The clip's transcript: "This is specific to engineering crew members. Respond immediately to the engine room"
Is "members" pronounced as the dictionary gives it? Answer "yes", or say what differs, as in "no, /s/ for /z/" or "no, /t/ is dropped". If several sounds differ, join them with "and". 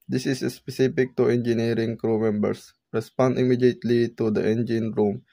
no, /s/ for /z/